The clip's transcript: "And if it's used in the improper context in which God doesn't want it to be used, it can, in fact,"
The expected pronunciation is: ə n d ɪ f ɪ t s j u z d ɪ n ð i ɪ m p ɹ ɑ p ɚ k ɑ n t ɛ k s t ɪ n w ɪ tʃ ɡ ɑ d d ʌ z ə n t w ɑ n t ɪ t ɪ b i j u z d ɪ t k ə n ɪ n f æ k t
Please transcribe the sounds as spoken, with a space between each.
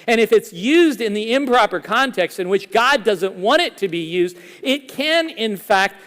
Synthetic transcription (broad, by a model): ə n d ɪ f ɪ t s j u z d ɪ n ð i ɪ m p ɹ ɑ p ɚ k ɑ n t ɛ k s t ɪ n w ɪ tʃ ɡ ɑ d d ʌ z ə n t w ɑ t ɪ t ɪ b i j u z d ɪ t k ə n ɪ n f æ k t